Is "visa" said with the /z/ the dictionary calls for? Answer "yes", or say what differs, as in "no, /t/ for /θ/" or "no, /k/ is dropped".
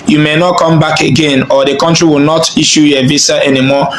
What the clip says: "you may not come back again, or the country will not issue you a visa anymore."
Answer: no, /s/ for /z/